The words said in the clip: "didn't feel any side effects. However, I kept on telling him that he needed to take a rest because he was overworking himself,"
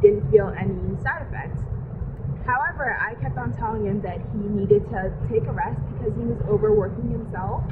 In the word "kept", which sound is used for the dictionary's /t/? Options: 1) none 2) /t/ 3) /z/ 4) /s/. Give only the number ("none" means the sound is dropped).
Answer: 2